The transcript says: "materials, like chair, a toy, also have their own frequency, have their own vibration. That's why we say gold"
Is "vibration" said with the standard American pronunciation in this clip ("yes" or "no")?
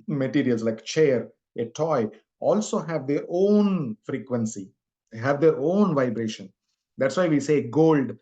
yes